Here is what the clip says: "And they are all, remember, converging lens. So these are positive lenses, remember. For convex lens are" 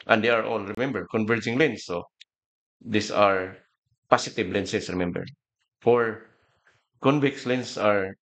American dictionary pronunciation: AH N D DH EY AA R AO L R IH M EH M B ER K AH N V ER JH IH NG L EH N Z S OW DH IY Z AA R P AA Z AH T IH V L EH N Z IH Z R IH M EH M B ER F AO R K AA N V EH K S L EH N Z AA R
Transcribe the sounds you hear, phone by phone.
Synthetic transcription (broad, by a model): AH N D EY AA R AO L R IH M EH M B ER K AH N V ER JH IH NG L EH N S OW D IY S AA R P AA S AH T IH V L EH N S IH S R IH M EH M B ER F AO R K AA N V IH K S L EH N S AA R